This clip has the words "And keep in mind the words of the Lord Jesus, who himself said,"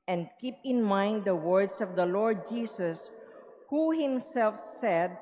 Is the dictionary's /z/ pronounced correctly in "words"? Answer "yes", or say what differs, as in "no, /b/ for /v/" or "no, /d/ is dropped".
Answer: no, /s/ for /z/